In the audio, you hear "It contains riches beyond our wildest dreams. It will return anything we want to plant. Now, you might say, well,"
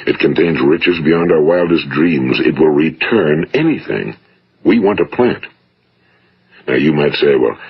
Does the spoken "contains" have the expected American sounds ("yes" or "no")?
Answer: yes